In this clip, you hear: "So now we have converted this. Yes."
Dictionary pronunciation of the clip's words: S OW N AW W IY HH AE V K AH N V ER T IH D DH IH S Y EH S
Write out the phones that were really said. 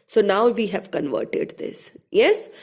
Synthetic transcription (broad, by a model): S OW N AW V IY HH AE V K AH N V ER T IH D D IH S Y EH S